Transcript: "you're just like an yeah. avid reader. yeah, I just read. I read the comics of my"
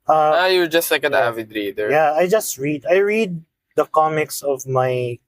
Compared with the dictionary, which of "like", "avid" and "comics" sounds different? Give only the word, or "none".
none